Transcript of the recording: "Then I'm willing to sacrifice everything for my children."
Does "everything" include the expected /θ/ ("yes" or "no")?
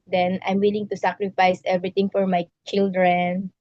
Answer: no